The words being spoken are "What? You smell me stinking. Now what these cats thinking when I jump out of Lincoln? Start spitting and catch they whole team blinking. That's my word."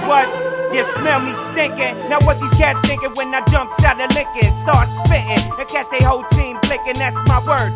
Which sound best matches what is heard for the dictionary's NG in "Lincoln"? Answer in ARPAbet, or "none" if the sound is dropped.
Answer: NG